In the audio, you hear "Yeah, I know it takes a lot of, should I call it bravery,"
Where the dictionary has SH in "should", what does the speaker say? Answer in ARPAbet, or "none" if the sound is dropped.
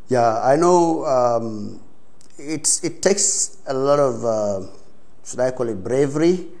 S